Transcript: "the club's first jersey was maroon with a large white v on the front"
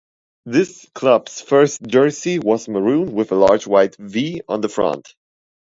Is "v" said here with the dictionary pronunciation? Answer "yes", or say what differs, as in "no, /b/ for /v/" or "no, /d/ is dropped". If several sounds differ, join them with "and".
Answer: yes